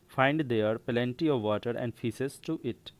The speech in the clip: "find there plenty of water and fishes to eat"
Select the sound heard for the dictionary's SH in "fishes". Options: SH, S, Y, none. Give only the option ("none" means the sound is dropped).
S